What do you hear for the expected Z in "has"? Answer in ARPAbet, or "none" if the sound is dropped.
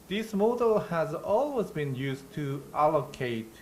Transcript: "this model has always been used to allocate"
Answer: Z